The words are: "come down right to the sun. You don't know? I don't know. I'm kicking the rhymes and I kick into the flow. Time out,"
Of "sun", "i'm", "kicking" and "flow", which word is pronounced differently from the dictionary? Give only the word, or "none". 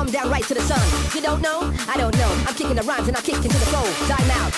flow